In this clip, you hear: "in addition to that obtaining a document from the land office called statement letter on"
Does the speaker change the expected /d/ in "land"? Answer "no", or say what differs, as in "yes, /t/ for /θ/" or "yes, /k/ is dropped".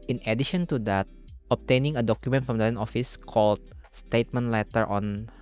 yes, /d/ is dropped